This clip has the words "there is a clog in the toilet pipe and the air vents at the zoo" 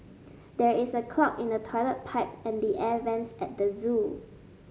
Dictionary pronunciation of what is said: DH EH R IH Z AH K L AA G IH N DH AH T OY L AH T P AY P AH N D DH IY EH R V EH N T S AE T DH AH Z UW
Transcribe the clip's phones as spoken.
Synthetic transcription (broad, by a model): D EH R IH S AH K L AA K IH N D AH T OY L AH T P AY P AH N D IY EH V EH N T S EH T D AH Z UW